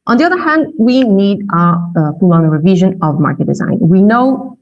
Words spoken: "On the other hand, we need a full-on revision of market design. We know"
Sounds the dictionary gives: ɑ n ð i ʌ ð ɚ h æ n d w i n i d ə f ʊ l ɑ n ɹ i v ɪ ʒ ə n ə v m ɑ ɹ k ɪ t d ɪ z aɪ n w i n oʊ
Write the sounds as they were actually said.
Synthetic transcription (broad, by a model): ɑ n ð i ʌ ð ɚ h æ n d w i n i d ə p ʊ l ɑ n ɹ i v ɪ ʒ ə n ə v m ɑ ɹ k ɪ t d ɪ z aɪ n w i n oʊ